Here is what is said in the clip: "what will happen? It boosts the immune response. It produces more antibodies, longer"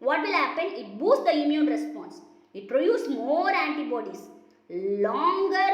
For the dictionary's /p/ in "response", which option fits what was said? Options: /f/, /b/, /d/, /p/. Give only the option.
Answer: /p/